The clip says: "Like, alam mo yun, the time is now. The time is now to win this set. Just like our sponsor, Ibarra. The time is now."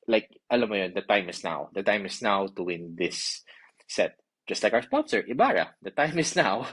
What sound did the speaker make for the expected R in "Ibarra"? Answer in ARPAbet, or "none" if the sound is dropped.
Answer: R